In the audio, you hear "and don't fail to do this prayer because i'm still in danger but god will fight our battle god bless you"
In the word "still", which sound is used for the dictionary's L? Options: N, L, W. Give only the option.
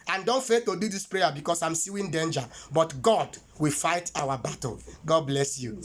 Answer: W